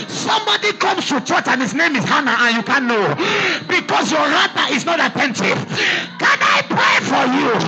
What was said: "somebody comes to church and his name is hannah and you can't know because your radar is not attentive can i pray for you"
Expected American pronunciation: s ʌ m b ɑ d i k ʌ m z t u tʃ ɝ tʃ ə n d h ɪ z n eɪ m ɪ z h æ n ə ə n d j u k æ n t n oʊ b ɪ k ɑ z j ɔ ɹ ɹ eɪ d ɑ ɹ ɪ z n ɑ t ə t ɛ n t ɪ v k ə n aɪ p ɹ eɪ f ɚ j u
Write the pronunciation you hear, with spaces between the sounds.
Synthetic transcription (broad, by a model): s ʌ m b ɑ d i k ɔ m s t u tʃ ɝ tʃ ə n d h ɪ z n eɪ m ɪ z h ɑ n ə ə n j u k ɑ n n oʊ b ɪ k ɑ s j ɔ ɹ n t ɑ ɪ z n ɑ t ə t ɛ n t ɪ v k ə n aɪ p ɹ eɪ f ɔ j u